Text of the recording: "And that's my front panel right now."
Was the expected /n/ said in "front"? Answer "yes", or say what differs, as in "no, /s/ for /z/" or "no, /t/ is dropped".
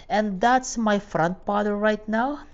yes